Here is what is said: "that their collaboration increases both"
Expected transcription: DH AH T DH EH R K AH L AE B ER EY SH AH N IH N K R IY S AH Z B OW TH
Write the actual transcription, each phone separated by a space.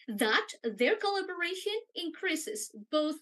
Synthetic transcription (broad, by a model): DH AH T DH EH R K AH L AE B ER EY SH AH N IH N K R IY S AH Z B OW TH